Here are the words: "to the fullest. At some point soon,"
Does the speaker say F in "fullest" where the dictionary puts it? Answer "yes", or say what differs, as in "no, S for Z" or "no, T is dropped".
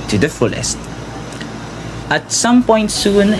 yes